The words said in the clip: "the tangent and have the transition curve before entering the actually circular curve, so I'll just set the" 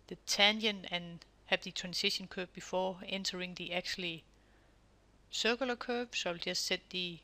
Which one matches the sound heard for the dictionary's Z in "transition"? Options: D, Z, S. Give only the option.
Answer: S